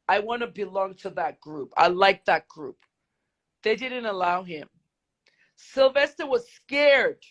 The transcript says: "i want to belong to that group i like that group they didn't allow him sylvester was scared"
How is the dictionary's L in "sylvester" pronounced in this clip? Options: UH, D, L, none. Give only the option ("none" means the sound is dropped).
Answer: L